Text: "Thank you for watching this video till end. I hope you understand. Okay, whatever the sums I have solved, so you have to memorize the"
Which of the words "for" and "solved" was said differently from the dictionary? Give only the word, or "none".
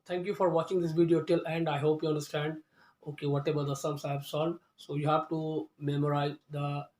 solved